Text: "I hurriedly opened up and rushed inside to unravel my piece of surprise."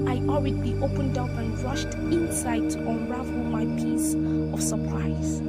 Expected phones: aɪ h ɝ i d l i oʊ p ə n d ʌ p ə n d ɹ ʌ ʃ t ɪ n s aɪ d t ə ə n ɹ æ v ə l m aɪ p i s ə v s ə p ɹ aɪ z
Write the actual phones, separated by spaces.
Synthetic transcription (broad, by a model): aɪ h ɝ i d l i oʊ p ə n d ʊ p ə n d ɹ ʌ ʃ t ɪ n s aɪ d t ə n ɹ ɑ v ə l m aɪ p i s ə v s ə p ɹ aɪ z